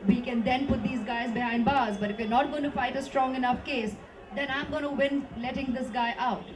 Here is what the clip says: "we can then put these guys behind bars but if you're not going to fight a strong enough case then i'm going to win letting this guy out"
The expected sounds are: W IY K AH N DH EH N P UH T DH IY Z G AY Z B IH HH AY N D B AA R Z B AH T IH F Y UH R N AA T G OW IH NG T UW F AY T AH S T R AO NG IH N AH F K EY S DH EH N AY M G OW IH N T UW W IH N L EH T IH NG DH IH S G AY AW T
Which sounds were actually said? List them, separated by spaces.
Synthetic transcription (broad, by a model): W IY K AH N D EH N P UH T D IY Z G AY Z B IH HH AY N D B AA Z B AH T IH F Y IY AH N AA T G OW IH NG T UW F AY T AH S T R AO NG IH N AH F K EY S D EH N AY M G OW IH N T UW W IH N L EH T IH NG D IH S G AY AW T